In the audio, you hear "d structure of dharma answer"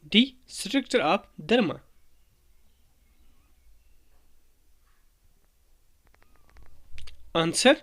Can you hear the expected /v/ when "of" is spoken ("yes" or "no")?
no